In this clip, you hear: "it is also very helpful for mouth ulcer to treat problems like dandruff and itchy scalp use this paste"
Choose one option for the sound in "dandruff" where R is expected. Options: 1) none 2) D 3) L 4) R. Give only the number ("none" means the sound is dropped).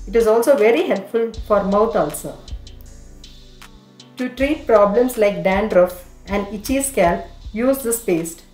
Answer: 4